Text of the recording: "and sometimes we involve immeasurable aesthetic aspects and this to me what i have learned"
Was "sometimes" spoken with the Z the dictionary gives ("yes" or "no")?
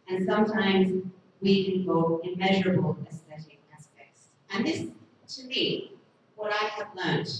yes